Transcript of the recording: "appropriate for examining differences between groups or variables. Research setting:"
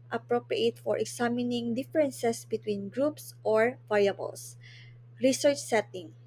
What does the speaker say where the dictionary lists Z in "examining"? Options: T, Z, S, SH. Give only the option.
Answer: S